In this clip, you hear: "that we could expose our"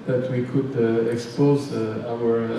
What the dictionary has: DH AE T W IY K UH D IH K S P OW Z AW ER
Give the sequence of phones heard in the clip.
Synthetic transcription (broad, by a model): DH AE T W IY K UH D IH K S P OW Z AW ER